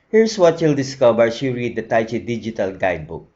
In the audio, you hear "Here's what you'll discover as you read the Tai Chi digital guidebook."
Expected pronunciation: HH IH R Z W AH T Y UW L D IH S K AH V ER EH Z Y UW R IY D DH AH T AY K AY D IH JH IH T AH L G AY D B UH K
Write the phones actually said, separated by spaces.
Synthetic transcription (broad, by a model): HH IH R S W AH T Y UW L D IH S K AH B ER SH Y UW R IY D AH T AY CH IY D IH JH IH T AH L G AY D B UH K